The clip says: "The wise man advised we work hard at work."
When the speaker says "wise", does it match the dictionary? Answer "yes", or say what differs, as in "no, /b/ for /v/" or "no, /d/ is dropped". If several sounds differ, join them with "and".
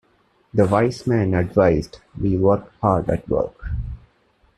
no, /s/ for /z/